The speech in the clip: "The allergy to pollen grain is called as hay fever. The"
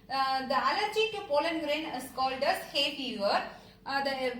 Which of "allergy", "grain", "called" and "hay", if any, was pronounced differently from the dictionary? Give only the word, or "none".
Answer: none